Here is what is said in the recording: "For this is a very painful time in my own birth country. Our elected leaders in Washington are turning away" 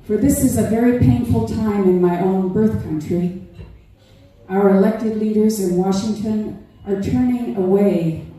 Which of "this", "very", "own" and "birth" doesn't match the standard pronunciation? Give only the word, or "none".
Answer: none